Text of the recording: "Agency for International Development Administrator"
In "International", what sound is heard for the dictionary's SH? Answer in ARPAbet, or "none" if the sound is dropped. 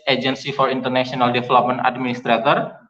S